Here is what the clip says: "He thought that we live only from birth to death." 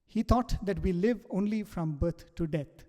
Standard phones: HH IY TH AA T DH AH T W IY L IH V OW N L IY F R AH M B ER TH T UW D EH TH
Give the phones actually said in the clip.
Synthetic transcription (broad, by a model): HH IY T AA T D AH T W IY L IH V OW N L IY F R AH M B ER T T UW D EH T